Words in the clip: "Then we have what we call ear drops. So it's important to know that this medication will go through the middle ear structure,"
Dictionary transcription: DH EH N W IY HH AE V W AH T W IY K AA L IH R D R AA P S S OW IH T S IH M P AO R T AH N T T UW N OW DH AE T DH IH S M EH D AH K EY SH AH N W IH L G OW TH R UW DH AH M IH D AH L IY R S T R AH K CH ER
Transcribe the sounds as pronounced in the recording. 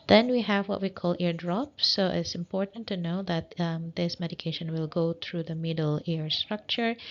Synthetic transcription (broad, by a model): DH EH N W IY HH AE V W AH T W IY K AA L IH R D R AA P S S OW IH T S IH M P AO R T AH N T T UW N OW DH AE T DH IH S M EH D AH K EY SH AH N W IH L G OW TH R UW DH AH M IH D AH L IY R S T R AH K CH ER